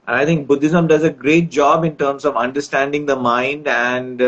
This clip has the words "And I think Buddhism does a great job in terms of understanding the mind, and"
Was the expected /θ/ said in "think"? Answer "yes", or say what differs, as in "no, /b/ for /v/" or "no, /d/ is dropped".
no, /t/ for /θ/